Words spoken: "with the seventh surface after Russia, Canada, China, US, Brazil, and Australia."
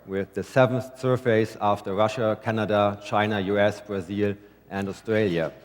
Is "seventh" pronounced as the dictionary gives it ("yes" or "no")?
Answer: yes